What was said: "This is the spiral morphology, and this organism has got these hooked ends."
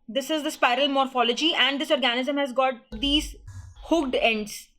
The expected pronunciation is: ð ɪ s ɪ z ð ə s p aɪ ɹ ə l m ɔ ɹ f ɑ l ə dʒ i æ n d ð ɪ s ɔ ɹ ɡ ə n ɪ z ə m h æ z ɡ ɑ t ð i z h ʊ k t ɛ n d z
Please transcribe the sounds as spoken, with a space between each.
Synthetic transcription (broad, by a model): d ɪ s ɪ z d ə s p aɪ ɹ ə l m ɔ ɹ f ɑ l ə dʒ i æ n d ɪ s ɔ ɹ ɡ ə n ɪ z ə m h æ z ɡ ɑ t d i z h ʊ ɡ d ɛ n d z